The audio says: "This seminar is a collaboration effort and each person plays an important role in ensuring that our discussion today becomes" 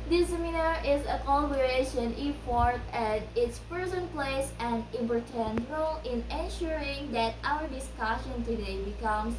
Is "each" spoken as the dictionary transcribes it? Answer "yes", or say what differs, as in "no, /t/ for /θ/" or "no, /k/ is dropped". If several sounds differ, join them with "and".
no, /s/ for /tʃ/